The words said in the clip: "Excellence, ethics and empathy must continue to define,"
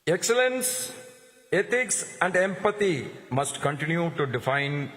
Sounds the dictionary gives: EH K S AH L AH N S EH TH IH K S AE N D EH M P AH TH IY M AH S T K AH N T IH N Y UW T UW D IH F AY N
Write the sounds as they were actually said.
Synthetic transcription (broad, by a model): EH K S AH L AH N S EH T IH K S AE N D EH M P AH T IY M AH S T K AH N T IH N Y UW T UW D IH F AY N